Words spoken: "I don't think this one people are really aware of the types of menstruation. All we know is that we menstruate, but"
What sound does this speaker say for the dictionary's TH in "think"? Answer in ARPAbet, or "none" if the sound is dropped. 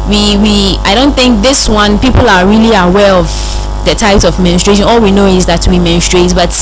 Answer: TH